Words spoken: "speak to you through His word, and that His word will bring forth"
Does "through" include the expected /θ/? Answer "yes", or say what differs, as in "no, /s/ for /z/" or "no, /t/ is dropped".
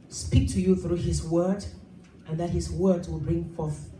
yes